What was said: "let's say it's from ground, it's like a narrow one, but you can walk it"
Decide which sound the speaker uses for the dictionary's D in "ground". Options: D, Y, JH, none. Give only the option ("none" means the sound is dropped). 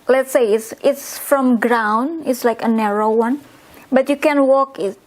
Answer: none